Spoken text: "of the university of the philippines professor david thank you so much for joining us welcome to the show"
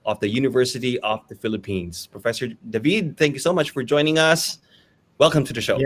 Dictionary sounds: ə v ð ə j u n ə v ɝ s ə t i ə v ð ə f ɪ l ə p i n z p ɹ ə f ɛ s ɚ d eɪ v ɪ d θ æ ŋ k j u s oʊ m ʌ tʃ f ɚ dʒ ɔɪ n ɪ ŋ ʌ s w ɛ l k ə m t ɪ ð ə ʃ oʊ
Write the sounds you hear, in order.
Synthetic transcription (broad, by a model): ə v ð ə j u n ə v ɝ s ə t i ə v ð ə f ɪ l ə p i n z p ɹ ə f ɛ s ɚ d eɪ v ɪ d θ æ ŋ k j u s oʊ m ʌ tʃ f ɚ dʒ ɔɪ n ɪ ŋ ʌ s w ɛ l k ə m t ɪ ð ə ʃ oʊ